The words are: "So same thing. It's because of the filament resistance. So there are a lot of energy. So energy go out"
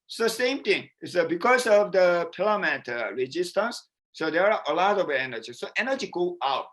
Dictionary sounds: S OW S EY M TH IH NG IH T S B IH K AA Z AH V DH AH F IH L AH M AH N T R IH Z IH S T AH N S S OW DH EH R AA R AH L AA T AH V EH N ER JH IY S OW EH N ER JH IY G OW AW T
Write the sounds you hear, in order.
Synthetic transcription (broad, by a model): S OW S EY M T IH NG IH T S B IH K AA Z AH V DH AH P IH L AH M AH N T R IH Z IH S T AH N S S OW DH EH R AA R AH L AA T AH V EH N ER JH IY S OW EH N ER JH IY G OW AW T